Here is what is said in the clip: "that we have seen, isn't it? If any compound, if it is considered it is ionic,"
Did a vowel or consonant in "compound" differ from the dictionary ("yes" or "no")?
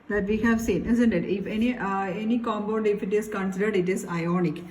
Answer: yes